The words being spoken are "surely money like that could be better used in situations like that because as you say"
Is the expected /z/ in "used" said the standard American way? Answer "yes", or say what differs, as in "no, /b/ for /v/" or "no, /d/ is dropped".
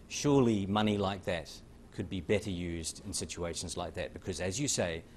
yes